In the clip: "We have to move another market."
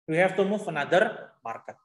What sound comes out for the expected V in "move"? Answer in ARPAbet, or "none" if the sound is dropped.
F